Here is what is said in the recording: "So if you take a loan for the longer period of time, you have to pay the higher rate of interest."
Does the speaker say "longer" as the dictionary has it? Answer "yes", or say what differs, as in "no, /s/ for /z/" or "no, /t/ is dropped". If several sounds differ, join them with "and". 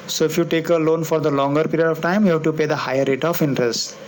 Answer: yes